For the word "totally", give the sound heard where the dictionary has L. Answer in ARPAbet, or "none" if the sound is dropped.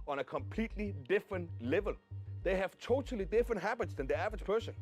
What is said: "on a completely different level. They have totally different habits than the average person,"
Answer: L